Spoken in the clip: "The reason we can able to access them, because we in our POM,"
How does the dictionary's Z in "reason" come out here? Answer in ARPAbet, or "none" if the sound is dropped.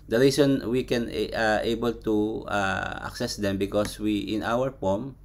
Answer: S